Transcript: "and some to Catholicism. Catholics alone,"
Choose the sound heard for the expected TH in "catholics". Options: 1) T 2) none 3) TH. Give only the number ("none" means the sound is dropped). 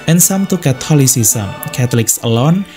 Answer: 1